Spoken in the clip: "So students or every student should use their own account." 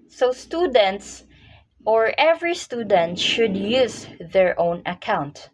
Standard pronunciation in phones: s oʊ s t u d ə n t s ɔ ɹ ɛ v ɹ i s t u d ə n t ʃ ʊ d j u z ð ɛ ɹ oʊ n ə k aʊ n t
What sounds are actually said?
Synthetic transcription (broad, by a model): s oʊ s t u d ə n t s ɔ ɹ ɛ v ɹ i s t u d ə n t ʃ ʊ d j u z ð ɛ ɹ oʊ n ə k aʊ n t